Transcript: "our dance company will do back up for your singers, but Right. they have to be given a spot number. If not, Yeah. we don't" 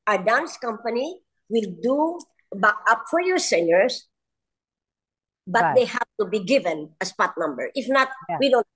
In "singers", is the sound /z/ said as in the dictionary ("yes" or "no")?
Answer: no